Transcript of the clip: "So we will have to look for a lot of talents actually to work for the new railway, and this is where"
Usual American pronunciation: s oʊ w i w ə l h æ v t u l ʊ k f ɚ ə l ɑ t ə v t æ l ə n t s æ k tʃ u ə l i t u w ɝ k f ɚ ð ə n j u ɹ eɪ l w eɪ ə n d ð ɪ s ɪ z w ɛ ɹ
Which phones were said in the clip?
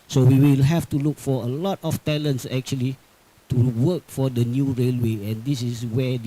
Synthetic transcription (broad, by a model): s oʊ w i w ə l h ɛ f t u l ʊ k f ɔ ə l ɑ t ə f t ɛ l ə n t s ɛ k tʃ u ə l i t u w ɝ k f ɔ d ə n j u ɹ eɪ l w eɪ ə n d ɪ s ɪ s w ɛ